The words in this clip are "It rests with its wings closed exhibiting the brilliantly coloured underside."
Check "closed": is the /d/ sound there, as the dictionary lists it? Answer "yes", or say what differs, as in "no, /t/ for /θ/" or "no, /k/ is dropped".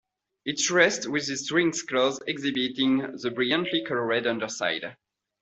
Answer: no, /d/ is dropped